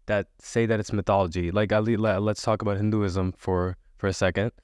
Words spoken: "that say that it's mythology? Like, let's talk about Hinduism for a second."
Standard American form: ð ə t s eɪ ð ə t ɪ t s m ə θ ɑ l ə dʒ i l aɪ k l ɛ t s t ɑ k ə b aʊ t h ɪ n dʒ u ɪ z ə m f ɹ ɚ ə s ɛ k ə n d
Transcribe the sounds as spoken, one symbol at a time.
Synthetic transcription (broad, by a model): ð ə t s eɪ ð ə t ɪ t s m ə θ ɑ l ə dʒ i l aɪ k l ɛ t s t ɑ k ə b aʊ t h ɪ n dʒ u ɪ z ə m f ɹ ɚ ə s ɛ k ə n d